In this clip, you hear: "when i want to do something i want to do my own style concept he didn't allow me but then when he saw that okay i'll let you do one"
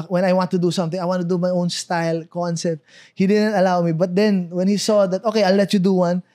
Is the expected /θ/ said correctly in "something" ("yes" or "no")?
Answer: no